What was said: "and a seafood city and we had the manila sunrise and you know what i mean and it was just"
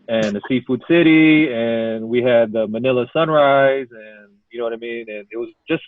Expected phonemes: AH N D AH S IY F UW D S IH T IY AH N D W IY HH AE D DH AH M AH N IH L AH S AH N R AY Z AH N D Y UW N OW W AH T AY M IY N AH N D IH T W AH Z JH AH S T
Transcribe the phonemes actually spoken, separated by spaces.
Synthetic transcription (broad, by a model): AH N AH S IY F UW D S IH T IY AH N W IY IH D DH AH M AH N IH L AH S AH N R AY Z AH N Y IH N OW W AH T AY M IY N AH N IH T W AH Z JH AH S T